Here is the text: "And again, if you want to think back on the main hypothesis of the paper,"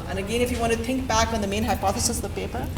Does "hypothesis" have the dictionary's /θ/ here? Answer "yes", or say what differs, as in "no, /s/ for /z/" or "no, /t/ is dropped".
yes